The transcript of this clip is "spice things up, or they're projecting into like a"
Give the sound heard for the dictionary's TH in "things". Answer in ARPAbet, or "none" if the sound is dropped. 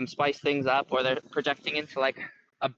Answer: TH